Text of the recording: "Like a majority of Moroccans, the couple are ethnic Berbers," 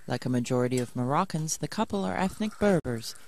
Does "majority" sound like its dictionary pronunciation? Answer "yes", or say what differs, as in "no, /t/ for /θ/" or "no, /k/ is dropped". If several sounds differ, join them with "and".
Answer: yes